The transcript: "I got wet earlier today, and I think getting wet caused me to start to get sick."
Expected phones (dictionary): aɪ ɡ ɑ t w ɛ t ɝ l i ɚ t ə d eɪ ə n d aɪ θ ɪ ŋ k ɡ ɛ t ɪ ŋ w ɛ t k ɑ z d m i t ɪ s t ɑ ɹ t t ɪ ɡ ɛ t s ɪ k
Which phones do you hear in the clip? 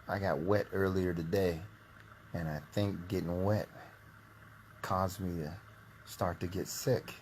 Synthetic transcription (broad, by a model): aɪ ɡ ɑ t w ɛ t ɝ l i ɚ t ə d eɪ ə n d aɪ θ ɪ ŋ k ɡ ɛ t ɪ ŋ w ɛ t k ɑ z m i t ɪ s t ɑ ɹ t t ɪ ɡ ɛ t s ɪ k